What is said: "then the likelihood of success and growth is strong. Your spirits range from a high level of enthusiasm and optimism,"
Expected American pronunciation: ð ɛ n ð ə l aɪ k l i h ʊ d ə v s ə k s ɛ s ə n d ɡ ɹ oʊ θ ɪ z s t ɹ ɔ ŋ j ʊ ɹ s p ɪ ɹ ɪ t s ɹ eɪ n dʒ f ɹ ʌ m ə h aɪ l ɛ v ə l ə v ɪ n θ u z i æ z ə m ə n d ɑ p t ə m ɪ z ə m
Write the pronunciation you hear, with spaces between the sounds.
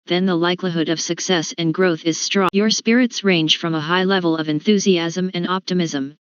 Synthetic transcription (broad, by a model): ð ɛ n ð ə l aɪ k l i h ʊ d ə v s ə k s ɛ s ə n ɡ ɹ oʊ θ ɪ z s t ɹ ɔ j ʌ ɹ s p ɪ ɹ ɪ t s ɹ eɪ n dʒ f ɹ ʌ m ə h aɪ l ɛ v ə l ə v ɪ n θ u z i æ z ə m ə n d ɑ p t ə m ɪ z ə m